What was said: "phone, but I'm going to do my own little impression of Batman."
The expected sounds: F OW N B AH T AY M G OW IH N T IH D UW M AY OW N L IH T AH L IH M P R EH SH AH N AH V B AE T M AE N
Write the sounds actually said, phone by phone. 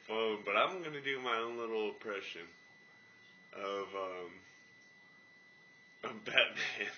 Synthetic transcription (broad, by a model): F OW N B AH T AY M G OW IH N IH D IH M AY OW N L IH T L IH P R EH SH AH N AH V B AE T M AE N